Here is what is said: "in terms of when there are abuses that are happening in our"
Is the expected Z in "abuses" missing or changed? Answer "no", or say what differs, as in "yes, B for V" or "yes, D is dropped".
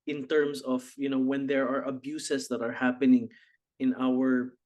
yes, S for Z